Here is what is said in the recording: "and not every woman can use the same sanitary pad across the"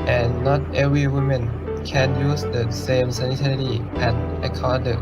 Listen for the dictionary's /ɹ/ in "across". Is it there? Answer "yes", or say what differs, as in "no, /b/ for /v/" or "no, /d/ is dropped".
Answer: no, /ɹ/ is dropped